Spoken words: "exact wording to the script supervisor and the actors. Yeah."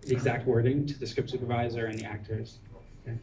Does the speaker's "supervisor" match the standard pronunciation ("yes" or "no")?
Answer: yes